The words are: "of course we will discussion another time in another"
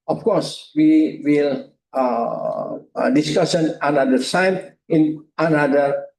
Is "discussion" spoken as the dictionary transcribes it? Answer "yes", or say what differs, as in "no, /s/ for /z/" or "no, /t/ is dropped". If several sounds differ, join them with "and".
no, /s/ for /ʃ/